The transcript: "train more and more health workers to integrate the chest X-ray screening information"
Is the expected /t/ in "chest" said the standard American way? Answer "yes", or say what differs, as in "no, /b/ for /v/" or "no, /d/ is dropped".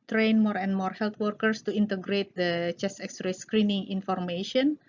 no, /t/ is dropped